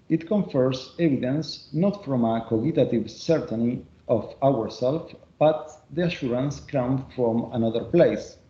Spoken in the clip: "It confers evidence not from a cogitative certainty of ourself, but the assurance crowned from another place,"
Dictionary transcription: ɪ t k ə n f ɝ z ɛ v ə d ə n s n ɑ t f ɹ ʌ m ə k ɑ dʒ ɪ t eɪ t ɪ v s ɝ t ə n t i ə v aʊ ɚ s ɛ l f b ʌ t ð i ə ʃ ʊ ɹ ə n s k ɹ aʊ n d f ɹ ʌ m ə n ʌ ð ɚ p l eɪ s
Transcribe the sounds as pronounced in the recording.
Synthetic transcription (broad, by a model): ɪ t k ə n f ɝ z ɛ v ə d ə n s n ɑ t f ɹ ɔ m ə k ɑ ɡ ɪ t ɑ t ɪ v s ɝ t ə n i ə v aʊ ɚ s ɛ l f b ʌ t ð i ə ʃ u ɹ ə n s k aʊ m f ɹ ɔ m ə n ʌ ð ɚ p l eɪ s